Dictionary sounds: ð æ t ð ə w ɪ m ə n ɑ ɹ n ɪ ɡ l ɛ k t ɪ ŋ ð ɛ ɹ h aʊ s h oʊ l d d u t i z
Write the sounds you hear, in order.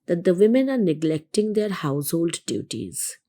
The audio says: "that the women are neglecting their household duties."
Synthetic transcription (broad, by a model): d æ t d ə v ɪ m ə n ɑ ɹ n ɪ ɡ l ɛ k t ɪ ŋ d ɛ ɹ h aʊ s h oʊ l d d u t i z